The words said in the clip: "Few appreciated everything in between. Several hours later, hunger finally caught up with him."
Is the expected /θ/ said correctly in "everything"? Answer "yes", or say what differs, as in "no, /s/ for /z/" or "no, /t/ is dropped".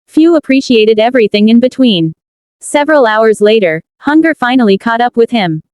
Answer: yes